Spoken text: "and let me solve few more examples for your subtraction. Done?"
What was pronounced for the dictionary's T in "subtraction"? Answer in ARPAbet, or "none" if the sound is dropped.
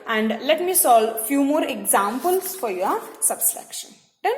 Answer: S